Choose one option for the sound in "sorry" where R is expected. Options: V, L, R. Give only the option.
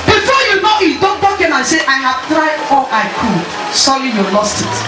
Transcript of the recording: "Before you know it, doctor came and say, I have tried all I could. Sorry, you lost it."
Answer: L